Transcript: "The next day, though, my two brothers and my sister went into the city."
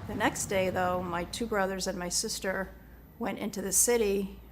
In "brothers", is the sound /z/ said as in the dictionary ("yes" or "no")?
yes